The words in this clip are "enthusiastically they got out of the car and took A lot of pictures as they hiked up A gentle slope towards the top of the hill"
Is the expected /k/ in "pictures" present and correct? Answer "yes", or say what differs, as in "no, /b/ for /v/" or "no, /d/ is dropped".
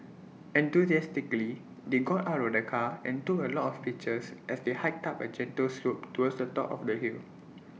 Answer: no, /k/ is dropped